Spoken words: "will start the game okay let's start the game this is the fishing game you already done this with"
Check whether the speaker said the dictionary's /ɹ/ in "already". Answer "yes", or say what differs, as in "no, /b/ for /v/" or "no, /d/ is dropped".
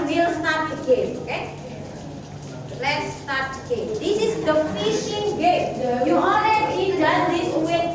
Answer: no, /l/ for /ɹ/